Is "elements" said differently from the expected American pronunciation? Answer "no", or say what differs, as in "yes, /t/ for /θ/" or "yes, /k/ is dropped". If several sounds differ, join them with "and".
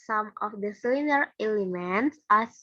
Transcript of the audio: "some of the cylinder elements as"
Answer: no